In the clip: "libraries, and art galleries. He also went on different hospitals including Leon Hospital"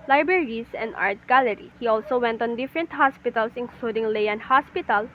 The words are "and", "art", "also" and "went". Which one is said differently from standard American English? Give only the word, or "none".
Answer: none